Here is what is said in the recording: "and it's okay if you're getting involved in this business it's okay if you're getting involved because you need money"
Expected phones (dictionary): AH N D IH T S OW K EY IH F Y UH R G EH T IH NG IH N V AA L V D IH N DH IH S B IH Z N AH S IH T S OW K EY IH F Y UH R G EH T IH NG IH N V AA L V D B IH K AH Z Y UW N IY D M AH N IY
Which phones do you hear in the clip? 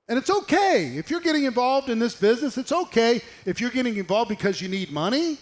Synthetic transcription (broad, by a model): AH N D IH T S OW K EY IH F Y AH R G EH T IH NG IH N V AA L V D IH N DH IH S B IH Z N AH S IH T S OW K EY IH F Y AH R G EH T IH NG IH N V AA L V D B IH K AH Z Y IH N IY D M AH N IY